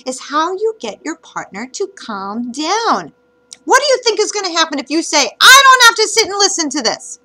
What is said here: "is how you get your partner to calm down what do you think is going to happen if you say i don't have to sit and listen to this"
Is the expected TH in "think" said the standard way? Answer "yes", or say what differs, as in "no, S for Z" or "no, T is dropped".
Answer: yes